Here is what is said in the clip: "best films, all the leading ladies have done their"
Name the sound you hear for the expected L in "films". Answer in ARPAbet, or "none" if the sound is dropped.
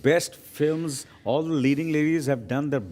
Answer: L